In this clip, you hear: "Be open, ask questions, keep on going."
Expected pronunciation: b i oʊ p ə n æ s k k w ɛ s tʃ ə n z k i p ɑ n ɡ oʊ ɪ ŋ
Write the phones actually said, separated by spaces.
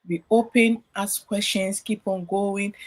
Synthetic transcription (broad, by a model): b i oʊ p ə n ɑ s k k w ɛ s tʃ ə n s k i p ɑ n ɡ oʊ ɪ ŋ